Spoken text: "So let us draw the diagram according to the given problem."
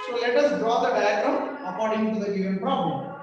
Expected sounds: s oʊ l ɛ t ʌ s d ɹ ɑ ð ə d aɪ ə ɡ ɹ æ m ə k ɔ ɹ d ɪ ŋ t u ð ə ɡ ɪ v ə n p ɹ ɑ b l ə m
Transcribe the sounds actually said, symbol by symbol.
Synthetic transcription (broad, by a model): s oʊ l ɛ t ʌ s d ɹ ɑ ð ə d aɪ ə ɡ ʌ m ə k ɔ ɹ d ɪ ŋ t u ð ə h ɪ ə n p ɹ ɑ b l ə m